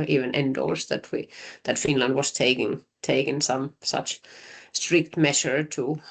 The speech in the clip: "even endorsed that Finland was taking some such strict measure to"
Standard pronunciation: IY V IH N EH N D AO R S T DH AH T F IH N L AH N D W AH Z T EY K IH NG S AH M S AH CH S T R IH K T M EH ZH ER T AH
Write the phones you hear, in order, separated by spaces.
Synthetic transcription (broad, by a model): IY V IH N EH N D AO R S T DH AH T F IH N L AH N D W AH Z T EY K IH NG S AH M S AH CH S T R IH K T M EH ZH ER T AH